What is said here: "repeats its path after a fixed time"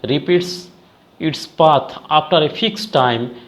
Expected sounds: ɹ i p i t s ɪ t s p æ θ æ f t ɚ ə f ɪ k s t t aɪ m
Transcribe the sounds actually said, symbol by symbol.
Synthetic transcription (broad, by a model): ɹ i p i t s ɪ t s p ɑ t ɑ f t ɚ ə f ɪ k s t t aɪ m